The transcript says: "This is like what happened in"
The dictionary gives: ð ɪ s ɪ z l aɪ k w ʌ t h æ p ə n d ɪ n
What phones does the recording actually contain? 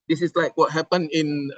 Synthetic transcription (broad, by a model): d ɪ s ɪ s l aɪ k w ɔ t h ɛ p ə n ɪ n